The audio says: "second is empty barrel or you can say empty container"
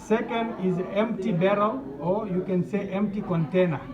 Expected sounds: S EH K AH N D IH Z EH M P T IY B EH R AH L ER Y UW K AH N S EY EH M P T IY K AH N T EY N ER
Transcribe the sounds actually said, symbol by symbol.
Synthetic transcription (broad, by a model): S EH K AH N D IH Z EH M P T IY B EH R AH L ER Y UW K AH N S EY EH M P T IY K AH N T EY N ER